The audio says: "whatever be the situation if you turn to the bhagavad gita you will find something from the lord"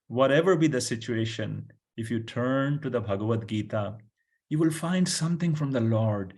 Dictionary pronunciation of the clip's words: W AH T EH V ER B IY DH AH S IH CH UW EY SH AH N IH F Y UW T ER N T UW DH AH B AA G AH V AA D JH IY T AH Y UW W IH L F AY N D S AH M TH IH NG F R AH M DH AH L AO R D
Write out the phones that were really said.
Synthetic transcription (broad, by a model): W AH T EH V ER B IY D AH S IH CH UW EY SH AH N IH F Y UW T ER N T UW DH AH B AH G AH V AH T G IY T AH Y UW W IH L F AY N D S AH M T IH NG F R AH M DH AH L AO R D